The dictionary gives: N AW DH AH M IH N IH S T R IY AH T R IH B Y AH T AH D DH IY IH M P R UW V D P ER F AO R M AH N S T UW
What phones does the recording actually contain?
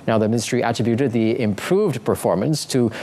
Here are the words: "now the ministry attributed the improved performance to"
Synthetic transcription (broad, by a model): N AW DH AH M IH N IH S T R IY AH T R IH B Y AH T AH D DH IY IH M P R UW V D P ER F AO R M AH N S T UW